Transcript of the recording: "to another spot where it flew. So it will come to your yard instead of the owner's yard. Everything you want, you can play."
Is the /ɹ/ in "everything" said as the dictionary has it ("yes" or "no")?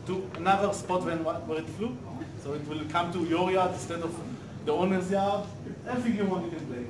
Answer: no